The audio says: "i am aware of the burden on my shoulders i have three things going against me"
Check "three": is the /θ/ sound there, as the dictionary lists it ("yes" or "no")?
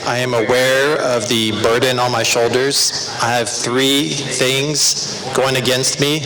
yes